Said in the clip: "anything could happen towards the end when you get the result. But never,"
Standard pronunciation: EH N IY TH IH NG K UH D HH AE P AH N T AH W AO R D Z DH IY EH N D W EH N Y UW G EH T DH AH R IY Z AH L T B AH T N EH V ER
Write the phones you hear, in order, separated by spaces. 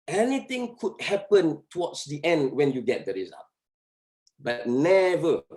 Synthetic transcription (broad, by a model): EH N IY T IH NG K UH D HH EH P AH N T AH W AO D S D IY EH N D W EH N Y UW G EH T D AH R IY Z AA T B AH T N EH V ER